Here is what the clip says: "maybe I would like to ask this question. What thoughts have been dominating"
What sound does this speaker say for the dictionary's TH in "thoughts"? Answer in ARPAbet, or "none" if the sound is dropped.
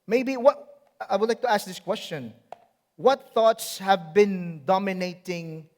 TH